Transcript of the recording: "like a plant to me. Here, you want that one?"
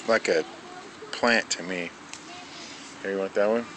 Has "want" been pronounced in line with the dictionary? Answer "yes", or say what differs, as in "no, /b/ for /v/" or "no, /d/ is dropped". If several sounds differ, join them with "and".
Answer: no, /n/ is dropped